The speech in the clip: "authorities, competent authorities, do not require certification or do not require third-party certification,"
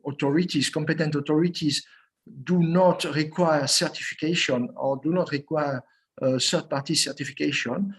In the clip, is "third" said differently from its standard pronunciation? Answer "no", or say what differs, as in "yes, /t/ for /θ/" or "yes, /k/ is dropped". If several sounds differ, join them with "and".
yes, /s/ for /θ/